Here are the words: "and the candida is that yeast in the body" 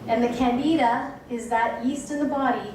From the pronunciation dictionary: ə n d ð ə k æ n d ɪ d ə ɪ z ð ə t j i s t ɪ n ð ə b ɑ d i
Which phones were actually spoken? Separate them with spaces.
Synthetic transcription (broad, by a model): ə n ð ə k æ n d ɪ d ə ɪ z ð ə t j i s t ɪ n ð ə b ɑ d i